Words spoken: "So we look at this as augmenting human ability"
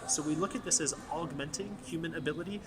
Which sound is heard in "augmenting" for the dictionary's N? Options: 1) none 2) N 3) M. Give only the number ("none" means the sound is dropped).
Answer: 2